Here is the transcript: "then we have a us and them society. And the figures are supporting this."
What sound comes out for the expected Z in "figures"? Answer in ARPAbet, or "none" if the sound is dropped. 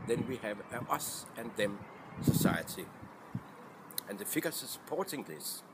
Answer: S